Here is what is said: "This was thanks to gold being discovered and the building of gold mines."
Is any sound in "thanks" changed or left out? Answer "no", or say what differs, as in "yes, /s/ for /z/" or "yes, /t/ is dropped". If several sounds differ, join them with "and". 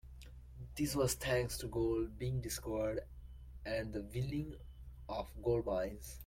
yes, /t/ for /θ/